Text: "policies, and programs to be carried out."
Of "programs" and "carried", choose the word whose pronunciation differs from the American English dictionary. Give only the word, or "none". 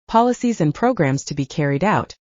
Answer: none